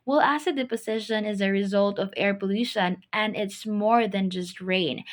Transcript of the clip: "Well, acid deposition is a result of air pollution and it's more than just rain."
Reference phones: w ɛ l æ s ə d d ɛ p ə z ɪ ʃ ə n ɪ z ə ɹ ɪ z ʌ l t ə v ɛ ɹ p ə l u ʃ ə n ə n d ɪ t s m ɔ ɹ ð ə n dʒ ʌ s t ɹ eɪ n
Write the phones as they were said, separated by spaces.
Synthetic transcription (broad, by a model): w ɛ l æ s ə d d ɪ p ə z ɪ ʃ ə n ɪ z ə ɹ ɪ z ʌ l t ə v ɛ ɹ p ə l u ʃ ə n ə n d ɪ t s m ɔ ɹ ð ə n dʒ ʌ s t ɹ eɪ n